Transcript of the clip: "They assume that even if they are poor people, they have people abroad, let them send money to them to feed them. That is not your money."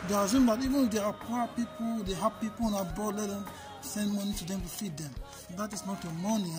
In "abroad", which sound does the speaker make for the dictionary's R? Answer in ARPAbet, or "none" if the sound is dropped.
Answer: none